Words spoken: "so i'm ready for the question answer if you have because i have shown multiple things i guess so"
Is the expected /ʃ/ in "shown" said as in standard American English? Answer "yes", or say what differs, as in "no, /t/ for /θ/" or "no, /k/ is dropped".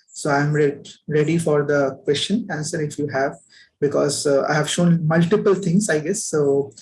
yes